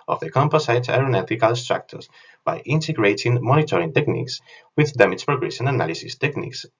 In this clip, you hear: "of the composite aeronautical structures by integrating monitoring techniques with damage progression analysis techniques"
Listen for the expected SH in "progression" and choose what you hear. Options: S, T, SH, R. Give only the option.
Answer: S